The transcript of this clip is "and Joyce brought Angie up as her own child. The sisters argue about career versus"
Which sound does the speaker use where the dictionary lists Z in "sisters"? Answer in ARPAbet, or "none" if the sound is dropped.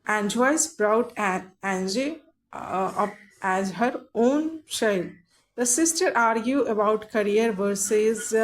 none